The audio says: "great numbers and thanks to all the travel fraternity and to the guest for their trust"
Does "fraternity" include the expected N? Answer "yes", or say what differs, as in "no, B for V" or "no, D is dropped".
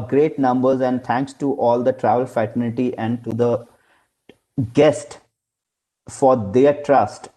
no, L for N